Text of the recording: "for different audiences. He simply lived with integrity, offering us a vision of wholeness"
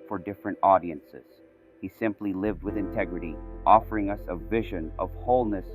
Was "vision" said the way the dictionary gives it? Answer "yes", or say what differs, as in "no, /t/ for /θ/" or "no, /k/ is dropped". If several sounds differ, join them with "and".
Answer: yes